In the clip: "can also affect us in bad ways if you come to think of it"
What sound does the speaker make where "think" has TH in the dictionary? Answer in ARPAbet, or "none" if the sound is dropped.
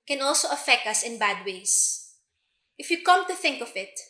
TH